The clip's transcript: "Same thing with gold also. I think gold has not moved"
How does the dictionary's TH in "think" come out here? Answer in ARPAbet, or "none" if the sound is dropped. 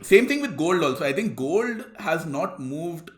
T